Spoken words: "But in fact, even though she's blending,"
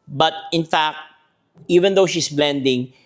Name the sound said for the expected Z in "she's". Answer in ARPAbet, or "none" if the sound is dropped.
S